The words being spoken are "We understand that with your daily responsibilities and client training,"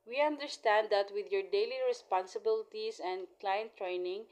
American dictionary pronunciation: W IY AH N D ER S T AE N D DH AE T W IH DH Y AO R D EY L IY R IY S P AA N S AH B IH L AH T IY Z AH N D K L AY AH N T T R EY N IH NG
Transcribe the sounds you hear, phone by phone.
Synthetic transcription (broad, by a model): W IY AH N D ER S T AE N D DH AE T W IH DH Y AO R D EY L IY R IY S P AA N S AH B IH L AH T IY S AH N D K L AY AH N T T R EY N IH NG